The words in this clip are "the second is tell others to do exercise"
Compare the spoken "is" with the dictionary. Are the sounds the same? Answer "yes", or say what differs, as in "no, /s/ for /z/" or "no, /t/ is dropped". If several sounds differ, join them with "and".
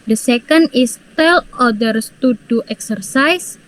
no, /s/ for /z/